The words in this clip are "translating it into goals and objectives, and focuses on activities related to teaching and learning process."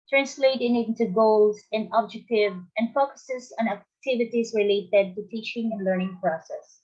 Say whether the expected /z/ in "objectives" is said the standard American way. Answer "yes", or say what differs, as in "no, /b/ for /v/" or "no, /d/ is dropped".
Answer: no, /z/ is dropped